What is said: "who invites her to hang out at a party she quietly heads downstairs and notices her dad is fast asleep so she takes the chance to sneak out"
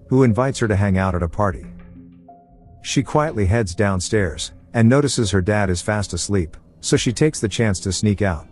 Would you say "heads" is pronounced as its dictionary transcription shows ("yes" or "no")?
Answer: yes